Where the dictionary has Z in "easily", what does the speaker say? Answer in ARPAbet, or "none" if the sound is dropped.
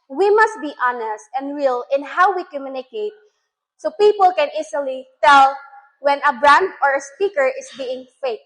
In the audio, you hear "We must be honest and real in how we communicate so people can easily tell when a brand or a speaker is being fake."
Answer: S